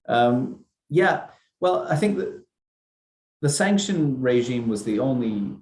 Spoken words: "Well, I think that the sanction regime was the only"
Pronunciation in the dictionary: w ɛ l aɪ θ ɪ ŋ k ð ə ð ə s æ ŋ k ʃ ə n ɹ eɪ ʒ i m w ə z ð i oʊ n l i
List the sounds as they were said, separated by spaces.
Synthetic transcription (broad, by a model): w ɛ l aɪ θ ɪ ŋ k ð ə ð ə s æ ŋ k ʃ ə n ɹ eɪ ʒ i m w ə z ð i oʊ n l i